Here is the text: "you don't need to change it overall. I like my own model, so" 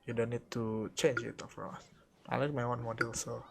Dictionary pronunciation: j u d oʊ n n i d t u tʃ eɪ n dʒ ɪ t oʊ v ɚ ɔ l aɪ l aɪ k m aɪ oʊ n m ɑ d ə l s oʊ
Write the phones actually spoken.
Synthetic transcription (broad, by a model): j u d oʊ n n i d t u tʃ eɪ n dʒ ɪ t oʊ f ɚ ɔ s aɪ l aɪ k m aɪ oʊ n m ɑ d ə l s oʊ